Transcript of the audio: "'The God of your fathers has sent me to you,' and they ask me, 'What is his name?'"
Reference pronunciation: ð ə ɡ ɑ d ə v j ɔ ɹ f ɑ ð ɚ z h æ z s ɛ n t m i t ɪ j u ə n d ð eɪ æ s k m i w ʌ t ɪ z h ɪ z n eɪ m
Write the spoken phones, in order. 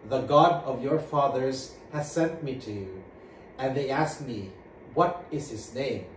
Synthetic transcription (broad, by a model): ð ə ɡ ɑ d ə v j ɔ ɹ f ɑ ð ɚ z h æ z s ɛ n t m i t ɪ j u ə n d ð eɪ æ s k m i w ʌ t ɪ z h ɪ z n eɪ m